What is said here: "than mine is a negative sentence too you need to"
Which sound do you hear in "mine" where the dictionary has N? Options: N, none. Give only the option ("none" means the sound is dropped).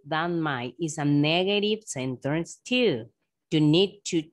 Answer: none